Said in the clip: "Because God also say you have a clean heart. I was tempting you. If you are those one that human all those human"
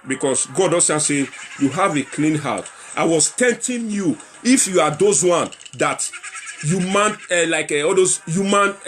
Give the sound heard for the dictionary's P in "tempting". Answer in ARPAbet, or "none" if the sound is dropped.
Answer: none